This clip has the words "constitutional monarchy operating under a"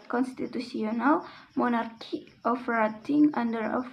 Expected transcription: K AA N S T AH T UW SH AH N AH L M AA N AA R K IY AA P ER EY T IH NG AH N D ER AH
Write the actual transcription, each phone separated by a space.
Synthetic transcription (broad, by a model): K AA N S T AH T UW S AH N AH L M AA N AA R K IY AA F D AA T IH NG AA N D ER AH